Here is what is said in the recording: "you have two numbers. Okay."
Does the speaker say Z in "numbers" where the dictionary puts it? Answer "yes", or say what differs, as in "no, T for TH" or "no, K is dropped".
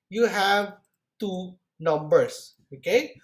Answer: no, S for Z